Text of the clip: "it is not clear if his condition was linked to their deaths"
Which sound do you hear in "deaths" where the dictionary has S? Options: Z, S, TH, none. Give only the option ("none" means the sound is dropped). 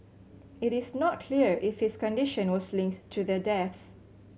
S